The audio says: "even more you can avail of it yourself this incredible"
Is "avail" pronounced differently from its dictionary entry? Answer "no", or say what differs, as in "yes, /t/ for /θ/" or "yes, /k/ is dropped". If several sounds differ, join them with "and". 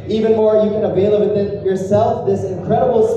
no